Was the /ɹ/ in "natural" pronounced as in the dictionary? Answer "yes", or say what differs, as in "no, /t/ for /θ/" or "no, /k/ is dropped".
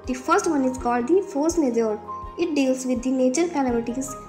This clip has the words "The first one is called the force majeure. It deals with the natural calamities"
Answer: no, /ɹ/ is dropped